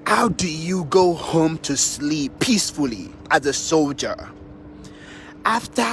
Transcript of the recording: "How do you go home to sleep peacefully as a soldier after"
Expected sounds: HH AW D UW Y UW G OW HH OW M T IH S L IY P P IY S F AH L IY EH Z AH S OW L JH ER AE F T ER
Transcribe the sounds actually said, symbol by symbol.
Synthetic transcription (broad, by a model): HH AW D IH Y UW G OW HH OW M T IH S L IY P P IY S F AH L IY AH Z AH S OW L JH ER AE F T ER